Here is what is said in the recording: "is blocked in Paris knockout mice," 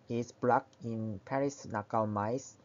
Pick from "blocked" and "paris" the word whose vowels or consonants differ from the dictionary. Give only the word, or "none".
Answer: blocked